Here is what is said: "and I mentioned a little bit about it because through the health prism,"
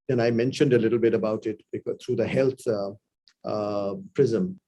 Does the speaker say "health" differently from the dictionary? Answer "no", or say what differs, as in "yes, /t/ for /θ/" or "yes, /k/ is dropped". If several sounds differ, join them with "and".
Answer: yes, /t/ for /θ/